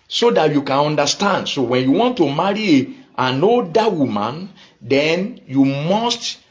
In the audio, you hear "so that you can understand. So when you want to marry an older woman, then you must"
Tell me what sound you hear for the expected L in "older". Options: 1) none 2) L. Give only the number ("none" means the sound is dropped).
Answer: 1